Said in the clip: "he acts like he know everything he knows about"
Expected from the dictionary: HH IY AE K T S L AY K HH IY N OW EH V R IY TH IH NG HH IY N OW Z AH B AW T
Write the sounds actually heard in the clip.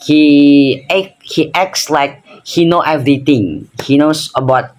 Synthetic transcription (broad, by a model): HH IY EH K T S L AY K HH IY N OW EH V R IY T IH NG HH IY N OW S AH B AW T